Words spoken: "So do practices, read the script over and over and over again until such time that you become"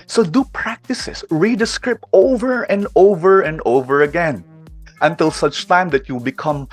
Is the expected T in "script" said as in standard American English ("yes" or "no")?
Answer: yes